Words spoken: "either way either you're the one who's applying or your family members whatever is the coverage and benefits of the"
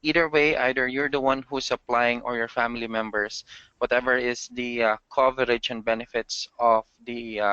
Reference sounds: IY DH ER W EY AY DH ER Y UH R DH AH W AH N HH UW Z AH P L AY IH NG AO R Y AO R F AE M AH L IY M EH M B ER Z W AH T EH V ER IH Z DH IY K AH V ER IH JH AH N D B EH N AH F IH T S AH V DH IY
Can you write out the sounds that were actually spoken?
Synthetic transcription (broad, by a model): IY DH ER W EY AY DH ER Y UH R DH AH W AH N HH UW S AH P L AY IH NG AO R Y AO R F AE M AH L IY M EH M B ER S W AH T EH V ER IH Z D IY K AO V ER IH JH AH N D B EH N AH F IH T S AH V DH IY